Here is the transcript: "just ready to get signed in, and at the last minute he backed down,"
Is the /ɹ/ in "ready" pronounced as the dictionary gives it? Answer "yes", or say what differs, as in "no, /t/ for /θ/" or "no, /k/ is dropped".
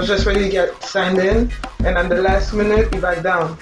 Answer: no, /w/ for /ɹ/